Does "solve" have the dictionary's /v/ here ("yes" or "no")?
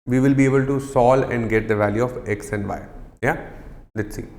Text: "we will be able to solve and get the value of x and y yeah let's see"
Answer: no